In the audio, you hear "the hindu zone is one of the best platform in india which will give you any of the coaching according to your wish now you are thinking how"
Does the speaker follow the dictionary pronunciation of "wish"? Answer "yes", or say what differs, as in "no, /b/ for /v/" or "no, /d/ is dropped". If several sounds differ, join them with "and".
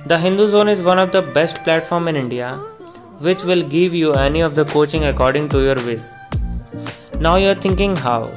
no, /s/ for /ʃ/